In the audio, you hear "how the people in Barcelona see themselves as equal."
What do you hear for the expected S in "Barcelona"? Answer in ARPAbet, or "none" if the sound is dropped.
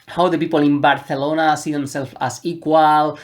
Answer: TH